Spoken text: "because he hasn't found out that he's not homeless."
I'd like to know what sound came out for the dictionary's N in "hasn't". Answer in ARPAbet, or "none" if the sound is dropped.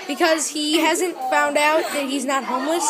N